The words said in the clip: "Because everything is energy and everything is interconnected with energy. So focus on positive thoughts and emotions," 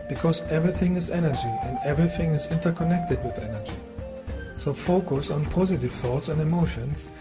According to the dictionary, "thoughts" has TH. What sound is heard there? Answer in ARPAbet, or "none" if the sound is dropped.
TH